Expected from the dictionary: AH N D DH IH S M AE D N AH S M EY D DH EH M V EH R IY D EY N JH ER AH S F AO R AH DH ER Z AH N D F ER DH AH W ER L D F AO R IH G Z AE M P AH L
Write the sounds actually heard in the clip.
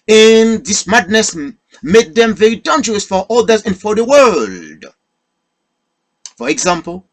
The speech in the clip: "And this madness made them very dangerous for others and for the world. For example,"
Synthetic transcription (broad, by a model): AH N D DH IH S M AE D N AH S M EY D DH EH M V EH R IY D EY N JH ER AH S F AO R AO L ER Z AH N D F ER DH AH W ER L D F AO R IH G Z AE M P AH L